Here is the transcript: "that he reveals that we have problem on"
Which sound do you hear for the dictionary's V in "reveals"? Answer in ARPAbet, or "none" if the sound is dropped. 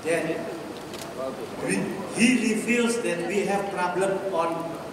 F